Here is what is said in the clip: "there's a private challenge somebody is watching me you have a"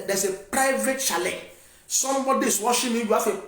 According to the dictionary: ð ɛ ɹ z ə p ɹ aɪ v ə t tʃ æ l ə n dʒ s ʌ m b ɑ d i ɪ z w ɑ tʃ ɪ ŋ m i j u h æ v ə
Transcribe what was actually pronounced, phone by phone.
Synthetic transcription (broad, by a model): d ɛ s ə p ɹ aɪ v ə t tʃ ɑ l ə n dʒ s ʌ m b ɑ d i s w ɑ ʃ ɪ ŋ m i j u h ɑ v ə